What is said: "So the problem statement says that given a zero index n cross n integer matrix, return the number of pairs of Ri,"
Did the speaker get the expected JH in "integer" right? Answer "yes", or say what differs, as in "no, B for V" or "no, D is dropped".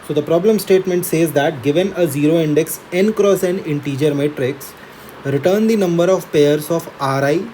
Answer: yes